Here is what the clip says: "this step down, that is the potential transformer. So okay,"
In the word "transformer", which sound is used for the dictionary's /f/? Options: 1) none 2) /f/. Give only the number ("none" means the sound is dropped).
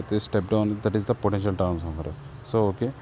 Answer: 1